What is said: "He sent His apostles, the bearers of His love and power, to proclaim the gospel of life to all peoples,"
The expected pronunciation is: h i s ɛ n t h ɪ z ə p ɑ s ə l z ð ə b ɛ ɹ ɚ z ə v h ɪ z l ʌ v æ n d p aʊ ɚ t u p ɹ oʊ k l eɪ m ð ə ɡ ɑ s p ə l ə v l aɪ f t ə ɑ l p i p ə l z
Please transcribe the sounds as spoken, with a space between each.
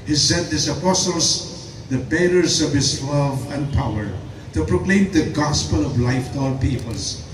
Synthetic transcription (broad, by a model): h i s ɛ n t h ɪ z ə p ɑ s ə l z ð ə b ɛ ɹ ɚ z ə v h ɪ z l ʌ v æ n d p aʊ ɚ t u p ɹ oʊ k l eɪ m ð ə ɡ ɑ s p ə l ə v l aɪ f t ɑ l p i p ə l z